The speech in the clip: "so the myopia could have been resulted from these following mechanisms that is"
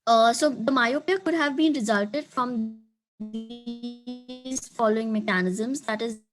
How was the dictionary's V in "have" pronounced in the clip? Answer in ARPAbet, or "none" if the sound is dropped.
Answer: V